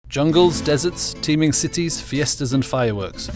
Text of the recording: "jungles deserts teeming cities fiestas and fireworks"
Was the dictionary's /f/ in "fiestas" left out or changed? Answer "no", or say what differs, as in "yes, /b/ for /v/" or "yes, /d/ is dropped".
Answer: no